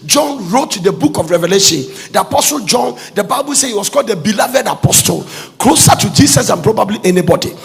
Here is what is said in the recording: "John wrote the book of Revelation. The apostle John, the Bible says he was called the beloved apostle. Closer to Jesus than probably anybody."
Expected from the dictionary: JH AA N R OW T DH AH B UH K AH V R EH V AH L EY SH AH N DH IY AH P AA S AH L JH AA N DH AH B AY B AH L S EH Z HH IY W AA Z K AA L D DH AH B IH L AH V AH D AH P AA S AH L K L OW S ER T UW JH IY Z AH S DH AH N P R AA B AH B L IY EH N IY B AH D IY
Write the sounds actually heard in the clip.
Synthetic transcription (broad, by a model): JH AA N R OW T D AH B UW K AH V R EH V AH L EY SH AH N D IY AH P AA S AH L JH AA N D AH B AY B AH L S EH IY W AA S K AA L D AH B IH L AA V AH D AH P AA S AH L K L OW S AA T UW JH IY S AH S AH N P R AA B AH B L IY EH N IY B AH D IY